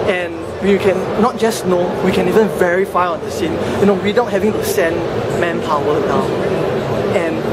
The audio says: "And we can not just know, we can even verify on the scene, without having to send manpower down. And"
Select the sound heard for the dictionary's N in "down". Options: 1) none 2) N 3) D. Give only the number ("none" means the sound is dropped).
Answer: 1